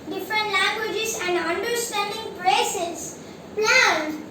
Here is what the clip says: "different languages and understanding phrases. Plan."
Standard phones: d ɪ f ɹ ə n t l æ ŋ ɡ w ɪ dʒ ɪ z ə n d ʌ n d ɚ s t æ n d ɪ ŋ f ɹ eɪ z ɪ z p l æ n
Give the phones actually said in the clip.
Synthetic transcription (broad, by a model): d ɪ f ɹ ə n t l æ ŋ ɡ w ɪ dʒ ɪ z ə n d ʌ n d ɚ s t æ n d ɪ ŋ p ɹ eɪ s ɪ s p l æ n